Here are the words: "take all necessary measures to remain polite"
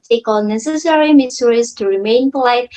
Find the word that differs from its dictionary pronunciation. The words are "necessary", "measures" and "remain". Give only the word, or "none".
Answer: measures